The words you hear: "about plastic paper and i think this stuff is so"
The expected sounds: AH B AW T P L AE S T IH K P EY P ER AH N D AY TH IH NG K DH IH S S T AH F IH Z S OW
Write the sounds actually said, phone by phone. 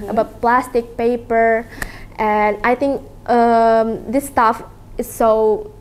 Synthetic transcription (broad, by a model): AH B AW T P L AE S T IH K P EY P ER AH N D AY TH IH NG K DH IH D S T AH F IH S OW